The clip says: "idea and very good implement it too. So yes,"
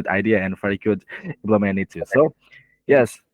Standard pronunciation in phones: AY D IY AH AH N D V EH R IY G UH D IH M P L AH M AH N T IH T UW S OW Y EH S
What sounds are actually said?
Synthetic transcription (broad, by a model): AY D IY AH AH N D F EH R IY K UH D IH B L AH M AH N IH T UW S OW Y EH S